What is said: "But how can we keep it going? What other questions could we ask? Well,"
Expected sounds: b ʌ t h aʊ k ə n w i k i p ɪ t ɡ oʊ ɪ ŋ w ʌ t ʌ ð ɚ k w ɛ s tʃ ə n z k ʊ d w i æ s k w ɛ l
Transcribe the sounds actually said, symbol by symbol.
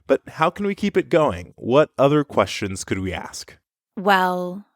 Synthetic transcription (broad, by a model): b ʌ t h aʊ k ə n w i k i p ɪ t ɡ oʊ ɪ ŋ w ʌ t ʌ ð ɚ k w ɛ s tʃ ə n z k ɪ d w i æ s k w ɛ l